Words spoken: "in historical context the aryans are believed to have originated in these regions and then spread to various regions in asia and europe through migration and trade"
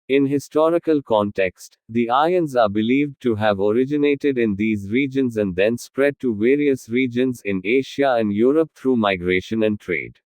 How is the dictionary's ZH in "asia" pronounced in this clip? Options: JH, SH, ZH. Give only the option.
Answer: SH